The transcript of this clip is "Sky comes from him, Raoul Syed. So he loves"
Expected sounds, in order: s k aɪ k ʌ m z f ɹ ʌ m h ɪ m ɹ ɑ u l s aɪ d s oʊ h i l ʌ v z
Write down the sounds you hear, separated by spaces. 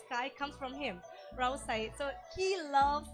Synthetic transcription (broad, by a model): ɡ aɪ k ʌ m s f ɹ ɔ m h ɪ m ɹ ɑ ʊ s aɪ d s oʊ h i l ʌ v